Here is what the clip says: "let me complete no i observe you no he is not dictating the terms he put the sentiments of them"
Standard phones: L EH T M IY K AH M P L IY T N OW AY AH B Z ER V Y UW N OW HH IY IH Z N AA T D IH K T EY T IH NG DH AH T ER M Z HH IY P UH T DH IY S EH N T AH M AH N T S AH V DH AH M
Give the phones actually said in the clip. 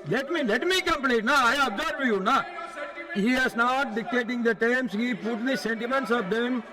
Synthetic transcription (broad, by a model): L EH T M IY K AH M P L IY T N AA AY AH B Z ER B Y UW N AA HH IY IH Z N AA T D IH K T EY T IH NG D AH T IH M S HH IY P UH T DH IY S EH N T AH M AH N T S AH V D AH M